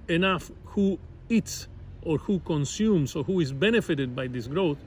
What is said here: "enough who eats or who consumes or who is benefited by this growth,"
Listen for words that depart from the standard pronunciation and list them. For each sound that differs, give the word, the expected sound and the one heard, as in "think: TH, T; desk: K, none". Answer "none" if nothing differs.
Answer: consumes: Z, S